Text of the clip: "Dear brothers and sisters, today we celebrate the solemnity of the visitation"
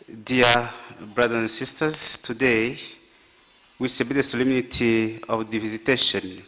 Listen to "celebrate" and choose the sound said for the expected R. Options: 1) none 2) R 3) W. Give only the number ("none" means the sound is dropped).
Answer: 1